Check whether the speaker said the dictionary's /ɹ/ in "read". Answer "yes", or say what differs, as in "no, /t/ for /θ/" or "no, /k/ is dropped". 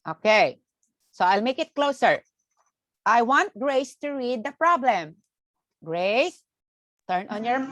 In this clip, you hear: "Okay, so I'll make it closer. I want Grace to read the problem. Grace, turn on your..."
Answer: yes